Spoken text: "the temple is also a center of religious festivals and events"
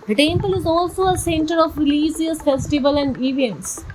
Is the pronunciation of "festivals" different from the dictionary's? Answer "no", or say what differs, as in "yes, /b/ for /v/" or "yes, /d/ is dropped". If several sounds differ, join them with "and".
yes, /z/ is dropped